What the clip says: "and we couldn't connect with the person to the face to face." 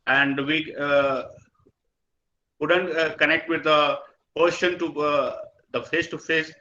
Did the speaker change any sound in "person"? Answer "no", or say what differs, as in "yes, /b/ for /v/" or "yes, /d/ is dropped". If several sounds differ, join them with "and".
yes, /ʃ/ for /s/